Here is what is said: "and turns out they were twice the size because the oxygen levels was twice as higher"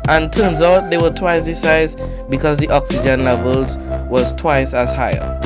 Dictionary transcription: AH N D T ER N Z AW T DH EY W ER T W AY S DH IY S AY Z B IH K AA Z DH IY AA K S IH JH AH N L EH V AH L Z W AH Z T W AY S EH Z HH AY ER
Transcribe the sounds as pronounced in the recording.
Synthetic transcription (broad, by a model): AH N T ER N Z AW T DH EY W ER T W AY S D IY S AY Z B IH K AA Z DH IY AA K S IH JH AH N L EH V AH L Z W AH Z T W AY S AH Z HH AY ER